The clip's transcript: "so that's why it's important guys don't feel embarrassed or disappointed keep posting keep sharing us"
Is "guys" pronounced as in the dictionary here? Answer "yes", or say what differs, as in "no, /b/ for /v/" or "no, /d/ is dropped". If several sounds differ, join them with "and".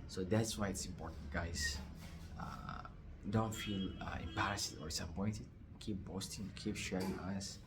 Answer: no, /s/ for /z/